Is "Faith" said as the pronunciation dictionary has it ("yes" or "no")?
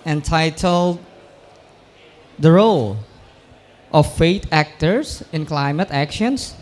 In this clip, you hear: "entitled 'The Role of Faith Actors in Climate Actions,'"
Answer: no